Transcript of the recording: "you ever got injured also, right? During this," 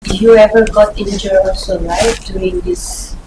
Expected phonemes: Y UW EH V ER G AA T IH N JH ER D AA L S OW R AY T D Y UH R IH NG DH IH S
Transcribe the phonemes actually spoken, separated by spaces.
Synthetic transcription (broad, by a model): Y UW EH V ER G AA T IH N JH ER AA L S OW L AY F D Y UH R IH NG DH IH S